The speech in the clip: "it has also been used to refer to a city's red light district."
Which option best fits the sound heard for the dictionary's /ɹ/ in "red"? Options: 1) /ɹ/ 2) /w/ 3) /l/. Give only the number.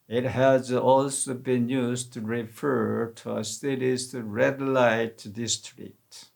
1